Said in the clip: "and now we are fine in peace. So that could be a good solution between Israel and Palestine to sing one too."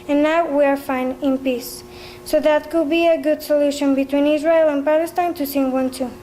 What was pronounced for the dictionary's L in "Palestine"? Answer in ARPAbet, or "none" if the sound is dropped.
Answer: L